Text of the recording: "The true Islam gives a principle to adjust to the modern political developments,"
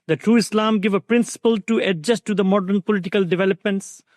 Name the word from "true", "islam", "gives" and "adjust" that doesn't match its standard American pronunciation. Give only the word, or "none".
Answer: gives